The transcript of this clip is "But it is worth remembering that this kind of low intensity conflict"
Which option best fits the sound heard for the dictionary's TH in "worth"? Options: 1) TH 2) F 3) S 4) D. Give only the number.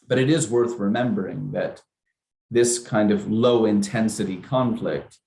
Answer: 1